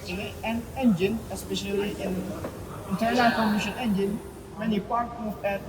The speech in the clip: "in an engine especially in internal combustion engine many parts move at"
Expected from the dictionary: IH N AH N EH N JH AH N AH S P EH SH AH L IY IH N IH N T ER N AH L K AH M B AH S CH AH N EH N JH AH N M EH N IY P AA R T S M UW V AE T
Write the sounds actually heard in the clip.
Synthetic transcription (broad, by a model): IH AH N EH N JH AH N AH S P EH SH AH L IY IH N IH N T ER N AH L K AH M IH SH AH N EH N JH AH N M EH N IY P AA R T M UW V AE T